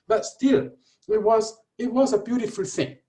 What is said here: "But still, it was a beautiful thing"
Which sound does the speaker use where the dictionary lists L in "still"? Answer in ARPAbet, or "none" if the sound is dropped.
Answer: W